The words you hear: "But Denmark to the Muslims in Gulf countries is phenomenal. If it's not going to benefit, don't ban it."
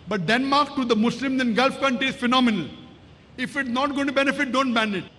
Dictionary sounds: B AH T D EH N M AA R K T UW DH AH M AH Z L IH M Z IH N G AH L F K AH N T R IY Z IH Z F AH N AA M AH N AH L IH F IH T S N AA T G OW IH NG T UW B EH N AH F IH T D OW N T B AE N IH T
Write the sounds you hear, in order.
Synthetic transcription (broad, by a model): B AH T D EH N M AA R K T UW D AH M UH S L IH M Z IH N G AH L F K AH N T R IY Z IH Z F AH N AA M AH N AH L IH F IH T S N AA T G OW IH T UW B EH N AH F IH T D OW N T B AE N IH T